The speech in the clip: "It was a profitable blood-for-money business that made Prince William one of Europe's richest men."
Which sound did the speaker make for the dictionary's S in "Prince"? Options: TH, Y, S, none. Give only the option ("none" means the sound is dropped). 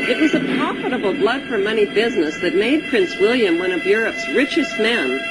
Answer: S